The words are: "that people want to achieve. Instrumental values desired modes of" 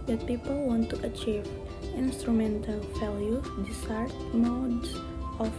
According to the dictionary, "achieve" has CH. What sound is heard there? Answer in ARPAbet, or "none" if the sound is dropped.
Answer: CH